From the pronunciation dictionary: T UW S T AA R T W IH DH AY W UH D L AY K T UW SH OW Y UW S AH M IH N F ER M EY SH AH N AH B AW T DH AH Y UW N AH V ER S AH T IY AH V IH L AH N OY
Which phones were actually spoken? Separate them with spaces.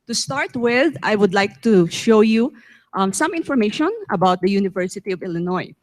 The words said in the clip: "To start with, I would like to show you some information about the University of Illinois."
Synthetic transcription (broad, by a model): T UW S T AA R T W IH DH AY W UH D L AY K T UW SH OW Y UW S AH M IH N F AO M EY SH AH N AH B AW T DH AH Y UW N AH V ER S AH T IY AH V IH L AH N OY